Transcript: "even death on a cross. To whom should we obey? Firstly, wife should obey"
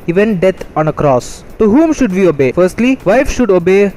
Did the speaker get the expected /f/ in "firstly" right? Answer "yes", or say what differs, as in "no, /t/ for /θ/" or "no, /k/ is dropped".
yes